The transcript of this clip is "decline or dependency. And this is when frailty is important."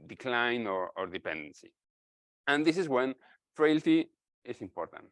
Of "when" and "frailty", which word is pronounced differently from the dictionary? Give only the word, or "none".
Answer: none